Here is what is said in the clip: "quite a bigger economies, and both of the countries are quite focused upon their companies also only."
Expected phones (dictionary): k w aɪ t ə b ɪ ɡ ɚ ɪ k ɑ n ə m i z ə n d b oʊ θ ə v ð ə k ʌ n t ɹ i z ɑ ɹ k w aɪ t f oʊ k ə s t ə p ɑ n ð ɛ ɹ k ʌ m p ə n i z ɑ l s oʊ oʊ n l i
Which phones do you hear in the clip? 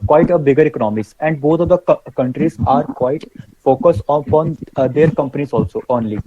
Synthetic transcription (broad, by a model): k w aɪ t ə b ɪ ɡ ɚ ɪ k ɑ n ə m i s ə n d b oʊ t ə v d ə k ʌ n t ɹ i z ɑ ɹ k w aɪ t f oʊ k ə s t p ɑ n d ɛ ɹ k ʌ m p ə n i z ɑ l s oʊ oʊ n l i